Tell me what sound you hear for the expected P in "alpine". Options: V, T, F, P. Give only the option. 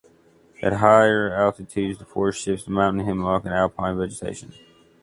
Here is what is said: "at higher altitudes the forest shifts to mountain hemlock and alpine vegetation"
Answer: P